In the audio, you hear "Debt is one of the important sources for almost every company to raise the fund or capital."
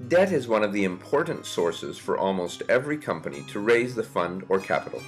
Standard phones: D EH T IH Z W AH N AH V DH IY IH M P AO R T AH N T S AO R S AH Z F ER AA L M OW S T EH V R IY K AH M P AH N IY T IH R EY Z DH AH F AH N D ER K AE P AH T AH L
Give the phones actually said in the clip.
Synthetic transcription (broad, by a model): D EH T IH Z W AH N AH V DH IY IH M P AO R T N T S AO R S AH Z F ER AA L M OW S T EH V R IY K AH M P AH N IY T IH R EY Z DH AH F AH N D ER K AE P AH T L